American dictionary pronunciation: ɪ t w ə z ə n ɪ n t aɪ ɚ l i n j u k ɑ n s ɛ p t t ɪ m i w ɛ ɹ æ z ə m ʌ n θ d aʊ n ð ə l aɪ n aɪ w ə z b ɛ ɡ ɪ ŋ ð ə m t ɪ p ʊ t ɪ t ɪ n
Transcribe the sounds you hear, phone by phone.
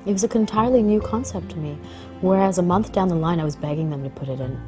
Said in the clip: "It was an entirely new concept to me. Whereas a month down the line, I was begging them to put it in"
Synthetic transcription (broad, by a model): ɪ t w ə z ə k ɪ n t aɪ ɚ l i n j u k ɑ n s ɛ p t t ɪ m i w ɛ ɹ æ z ə m ʌ n θ d aʊ n ð ə l aɪ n aɪ w ə z b ɛ ɡ ɪ ŋ ð ə m t ɪ p ʊ t ɪ t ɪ n